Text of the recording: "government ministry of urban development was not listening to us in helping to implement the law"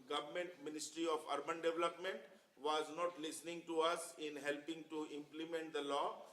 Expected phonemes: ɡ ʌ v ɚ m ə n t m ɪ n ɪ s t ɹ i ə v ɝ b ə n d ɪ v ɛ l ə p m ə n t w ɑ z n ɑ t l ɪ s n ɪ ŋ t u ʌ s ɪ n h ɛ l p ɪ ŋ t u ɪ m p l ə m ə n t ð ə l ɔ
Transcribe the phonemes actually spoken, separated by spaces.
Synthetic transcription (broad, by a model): ɡ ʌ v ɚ m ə n t m ɪ n ɪ s t ɹ i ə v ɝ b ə n d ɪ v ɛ l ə p m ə n t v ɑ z n ɑ t l ɪ s n ɪ ŋ t u ʌ s ɪ n h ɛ l p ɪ ŋ t u ɪ m p l ə m ə n t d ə l ɔ